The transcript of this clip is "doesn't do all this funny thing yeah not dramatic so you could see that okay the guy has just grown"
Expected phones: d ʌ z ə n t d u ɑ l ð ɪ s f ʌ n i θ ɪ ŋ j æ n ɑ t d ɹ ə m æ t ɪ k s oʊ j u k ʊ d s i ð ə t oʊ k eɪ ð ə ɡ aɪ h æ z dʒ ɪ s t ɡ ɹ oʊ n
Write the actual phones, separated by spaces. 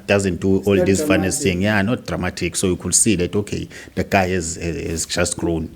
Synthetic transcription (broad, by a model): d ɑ z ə n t d u ɑ l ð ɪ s f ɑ n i s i ŋ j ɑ n ɑ t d ɹ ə m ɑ t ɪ k s oʊ j u k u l s i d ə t oʊ k eɪ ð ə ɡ aɪ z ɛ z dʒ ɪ s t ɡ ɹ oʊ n